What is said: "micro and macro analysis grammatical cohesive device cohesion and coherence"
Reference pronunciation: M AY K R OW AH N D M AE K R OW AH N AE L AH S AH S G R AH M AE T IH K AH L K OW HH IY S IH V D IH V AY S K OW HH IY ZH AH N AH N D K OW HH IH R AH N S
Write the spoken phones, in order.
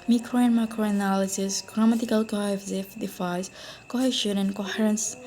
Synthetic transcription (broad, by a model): M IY K R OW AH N M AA K R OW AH N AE L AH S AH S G R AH M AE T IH K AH L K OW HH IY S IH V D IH F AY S K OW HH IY SH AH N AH N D K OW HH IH R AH N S